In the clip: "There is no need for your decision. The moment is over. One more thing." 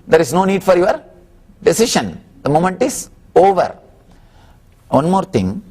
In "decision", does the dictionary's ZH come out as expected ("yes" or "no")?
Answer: no